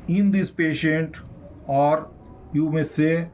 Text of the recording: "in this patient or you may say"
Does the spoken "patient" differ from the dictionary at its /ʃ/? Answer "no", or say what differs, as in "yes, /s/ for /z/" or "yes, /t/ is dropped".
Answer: no